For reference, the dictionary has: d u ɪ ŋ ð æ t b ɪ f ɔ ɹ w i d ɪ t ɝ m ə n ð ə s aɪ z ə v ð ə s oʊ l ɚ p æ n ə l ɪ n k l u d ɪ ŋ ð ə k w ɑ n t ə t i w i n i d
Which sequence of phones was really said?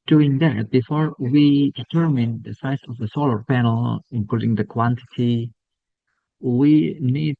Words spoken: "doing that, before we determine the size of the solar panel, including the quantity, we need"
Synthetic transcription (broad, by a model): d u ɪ ŋ ð æ t b ɪ f ɔ ɹ w i d ɪ t ɝ m ə n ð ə s aɪ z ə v ð ə s oʊ l ɚ p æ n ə l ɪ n k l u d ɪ ŋ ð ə k w ɑ n t ə t i w i n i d